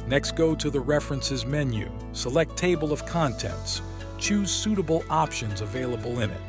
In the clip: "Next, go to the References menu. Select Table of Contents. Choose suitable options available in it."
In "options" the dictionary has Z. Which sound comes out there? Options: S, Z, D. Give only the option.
Z